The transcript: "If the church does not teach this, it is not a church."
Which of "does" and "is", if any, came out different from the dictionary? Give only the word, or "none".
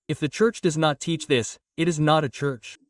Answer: none